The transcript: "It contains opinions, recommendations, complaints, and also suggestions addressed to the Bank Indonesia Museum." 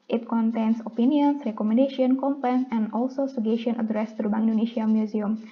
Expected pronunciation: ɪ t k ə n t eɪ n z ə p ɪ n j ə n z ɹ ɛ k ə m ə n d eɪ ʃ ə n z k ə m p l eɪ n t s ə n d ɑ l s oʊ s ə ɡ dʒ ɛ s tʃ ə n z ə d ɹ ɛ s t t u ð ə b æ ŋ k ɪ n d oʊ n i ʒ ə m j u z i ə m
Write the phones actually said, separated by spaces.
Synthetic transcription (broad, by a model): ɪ t k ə n t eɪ n s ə p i n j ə n s ɹ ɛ k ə m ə n d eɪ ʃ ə n k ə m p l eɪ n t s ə n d ɑ l s oʊ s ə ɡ ɛ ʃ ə n ə d ɹ ɛ s t t u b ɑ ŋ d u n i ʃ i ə m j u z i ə m